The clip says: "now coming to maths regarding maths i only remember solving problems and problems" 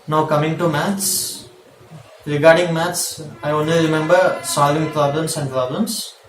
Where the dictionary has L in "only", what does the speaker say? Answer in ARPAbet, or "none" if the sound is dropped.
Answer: L